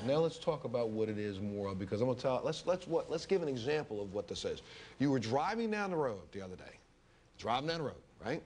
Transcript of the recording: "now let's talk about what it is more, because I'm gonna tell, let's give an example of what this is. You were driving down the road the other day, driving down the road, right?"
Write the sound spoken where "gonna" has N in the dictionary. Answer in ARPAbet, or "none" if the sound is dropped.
L